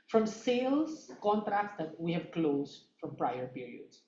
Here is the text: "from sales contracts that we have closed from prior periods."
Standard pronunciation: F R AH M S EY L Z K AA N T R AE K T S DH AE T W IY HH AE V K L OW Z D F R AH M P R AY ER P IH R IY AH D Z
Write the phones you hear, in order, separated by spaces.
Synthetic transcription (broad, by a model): F R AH M S EY L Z K AA N T R AE K T S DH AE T W IY HH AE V K L OW Z D F R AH M P R AY ER P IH R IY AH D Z